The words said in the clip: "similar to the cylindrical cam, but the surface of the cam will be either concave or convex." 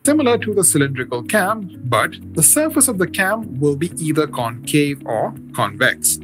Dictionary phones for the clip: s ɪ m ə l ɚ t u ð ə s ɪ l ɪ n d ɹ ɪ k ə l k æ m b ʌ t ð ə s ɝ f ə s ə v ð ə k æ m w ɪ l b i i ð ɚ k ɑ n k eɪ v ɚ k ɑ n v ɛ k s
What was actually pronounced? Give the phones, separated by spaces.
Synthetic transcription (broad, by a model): s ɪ m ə l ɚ t u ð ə s ɪ l ɪ n d ɹ ɪ k ə l k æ m b ʌ t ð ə s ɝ f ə s ə v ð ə k æ m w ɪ l b i i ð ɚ k ɑ n k eɪ v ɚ k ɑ n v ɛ k s